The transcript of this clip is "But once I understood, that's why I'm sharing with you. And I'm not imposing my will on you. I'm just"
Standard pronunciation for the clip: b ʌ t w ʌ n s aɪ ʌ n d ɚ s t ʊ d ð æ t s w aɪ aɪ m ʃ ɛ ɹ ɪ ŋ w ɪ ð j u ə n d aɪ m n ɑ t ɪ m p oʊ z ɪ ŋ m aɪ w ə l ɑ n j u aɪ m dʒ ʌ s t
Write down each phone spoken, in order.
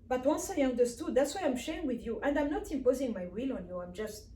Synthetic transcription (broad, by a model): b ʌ t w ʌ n s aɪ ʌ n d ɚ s t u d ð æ t s w aɪ aɪ m ʃ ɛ ɪ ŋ w ɪ ð j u ə n d aɪ m n ɑ t ɪ m p oʊ z ɪ ŋ m aɪ w ə l ɑ n j u aɪ m dʒ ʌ s t